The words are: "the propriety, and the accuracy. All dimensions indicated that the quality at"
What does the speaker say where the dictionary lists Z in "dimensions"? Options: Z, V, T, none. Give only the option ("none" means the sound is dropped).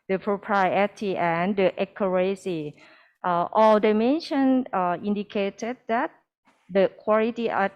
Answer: none